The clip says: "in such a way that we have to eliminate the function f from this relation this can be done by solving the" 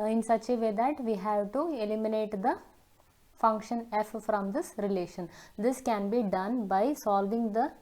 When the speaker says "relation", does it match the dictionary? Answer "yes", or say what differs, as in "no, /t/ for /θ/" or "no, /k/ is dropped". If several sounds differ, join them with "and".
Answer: yes